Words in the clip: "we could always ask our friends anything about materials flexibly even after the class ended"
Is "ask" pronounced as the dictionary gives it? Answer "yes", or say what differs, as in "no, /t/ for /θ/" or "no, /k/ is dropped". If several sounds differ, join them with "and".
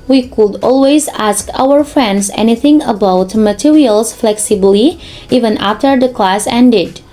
yes